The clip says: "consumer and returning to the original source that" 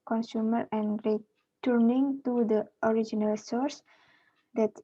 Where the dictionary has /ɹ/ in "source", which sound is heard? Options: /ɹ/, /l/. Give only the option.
/ɹ/